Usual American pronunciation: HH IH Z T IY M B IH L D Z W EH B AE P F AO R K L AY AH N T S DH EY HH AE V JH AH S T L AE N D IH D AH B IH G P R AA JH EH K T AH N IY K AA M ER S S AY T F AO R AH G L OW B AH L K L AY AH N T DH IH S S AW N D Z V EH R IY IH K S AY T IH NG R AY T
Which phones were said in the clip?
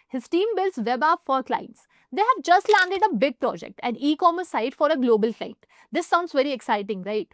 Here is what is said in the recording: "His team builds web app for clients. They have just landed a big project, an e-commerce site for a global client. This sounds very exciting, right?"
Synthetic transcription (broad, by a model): HH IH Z T IY M B IH L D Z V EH B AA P F AO R K L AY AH N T S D EY HH AE V JH AH S T L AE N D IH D AH B IH G P R AA JH EH K T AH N IY K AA M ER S S AY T F AO R AH G L OW B AH L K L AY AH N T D IH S S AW N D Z V EH R IY IH K S AY T IH NG R AY T